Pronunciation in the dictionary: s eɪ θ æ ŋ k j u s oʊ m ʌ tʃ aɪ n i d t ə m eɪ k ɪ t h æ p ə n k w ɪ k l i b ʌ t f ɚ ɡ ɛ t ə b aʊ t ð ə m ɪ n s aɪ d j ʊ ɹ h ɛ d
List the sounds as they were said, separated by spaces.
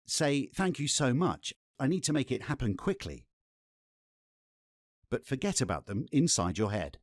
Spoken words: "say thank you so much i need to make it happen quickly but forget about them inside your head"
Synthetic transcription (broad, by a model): s eɪ θ æ ŋ k j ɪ s oʊ m ʌ tʃ aɪ n i d t ə m eɪ k ɪ t h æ p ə n k w ɪ k l i b ʌ t f ɚ ɡ ɛ t ə b aʊ t ð ə m ɪ n s aɪ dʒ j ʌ ɹ h ɛ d